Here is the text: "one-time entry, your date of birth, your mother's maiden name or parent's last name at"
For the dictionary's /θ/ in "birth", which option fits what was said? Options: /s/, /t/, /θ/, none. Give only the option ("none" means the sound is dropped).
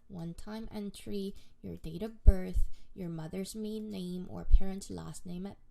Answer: /θ/